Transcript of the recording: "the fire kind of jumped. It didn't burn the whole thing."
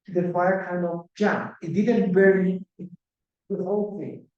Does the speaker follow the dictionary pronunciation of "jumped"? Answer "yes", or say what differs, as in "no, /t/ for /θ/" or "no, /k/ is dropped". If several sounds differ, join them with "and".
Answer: no, /t/ is dropped